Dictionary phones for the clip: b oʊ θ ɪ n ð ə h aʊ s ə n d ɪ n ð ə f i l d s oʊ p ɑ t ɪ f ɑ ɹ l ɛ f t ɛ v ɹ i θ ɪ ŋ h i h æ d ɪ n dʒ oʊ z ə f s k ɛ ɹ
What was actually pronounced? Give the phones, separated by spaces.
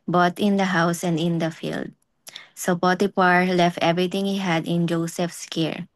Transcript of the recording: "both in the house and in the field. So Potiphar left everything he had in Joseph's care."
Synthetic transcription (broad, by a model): b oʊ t ɪ n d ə h aʊ s ə n d ɪ n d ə f i l d s oʊ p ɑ t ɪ p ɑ ɹ l ɛ f t ɛ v ɹ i t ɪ ŋ h i h æ d ɪ n dʒ oʊ s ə f s k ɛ ɹ